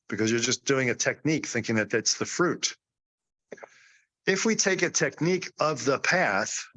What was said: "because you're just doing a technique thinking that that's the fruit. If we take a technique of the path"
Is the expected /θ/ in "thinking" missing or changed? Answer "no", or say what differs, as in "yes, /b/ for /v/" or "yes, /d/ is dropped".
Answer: no